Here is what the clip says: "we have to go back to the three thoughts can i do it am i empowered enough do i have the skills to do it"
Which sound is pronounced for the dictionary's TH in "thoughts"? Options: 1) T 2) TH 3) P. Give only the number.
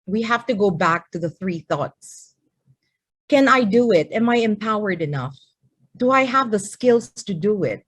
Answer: 2